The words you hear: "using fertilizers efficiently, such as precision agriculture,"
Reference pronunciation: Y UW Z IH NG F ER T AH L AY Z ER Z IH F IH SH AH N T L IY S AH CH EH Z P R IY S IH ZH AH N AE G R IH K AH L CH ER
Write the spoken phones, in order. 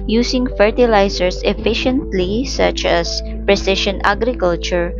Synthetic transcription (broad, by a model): Y UW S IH NG F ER T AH L AY S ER S IH F IH SH AH N T L IY S AH CH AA S P R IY S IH SH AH N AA G R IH K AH L CH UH